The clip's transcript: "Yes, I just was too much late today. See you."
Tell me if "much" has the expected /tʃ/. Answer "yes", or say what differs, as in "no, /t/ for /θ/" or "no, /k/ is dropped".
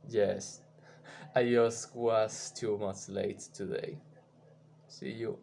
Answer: no, /s/ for /tʃ/